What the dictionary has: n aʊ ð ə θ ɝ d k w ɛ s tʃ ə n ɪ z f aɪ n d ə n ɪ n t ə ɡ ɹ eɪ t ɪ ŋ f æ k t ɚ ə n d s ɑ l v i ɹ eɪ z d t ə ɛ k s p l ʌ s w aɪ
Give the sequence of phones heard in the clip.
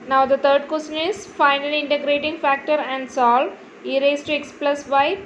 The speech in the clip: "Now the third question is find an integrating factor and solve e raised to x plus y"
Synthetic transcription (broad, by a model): n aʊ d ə t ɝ d k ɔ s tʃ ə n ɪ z f aɪ n ə l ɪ n t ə ɡ ɹ eɪ t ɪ ŋ f æ k t ɚ ə n d s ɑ l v i ɹ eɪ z t ə k s p l ʌ s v aɪ